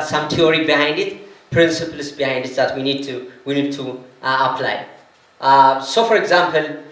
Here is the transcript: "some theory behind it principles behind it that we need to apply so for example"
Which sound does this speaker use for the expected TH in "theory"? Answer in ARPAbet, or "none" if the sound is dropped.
T